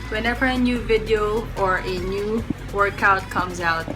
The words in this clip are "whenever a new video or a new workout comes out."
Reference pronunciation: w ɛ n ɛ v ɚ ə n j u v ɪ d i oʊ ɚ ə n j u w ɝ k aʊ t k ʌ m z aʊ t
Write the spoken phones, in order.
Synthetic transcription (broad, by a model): w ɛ n ɛ v ɚ ə n j u v ɪ d i oʊ ɚ ə n j u w ɝ k aʊ t k ʌ m z aʊ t